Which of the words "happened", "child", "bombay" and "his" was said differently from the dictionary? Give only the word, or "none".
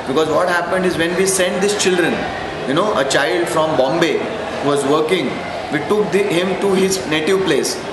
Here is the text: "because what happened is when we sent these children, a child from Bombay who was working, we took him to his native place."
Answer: none